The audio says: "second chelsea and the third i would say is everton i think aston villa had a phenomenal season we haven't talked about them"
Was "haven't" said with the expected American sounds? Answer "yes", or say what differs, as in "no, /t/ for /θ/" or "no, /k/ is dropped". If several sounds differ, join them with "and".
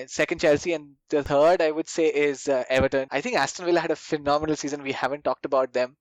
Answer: yes